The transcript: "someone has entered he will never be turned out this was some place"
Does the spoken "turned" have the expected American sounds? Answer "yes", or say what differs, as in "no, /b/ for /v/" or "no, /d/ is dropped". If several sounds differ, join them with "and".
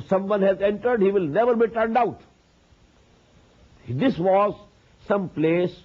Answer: yes